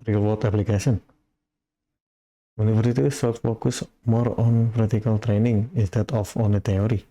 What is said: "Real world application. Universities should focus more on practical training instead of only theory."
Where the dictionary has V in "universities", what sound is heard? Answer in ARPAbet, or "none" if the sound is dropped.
F